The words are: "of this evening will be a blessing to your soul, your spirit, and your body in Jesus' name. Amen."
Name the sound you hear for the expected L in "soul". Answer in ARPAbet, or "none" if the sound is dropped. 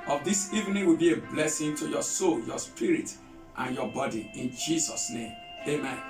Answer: L